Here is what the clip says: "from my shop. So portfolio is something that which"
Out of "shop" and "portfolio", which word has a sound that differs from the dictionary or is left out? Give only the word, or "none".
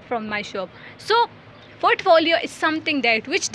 portfolio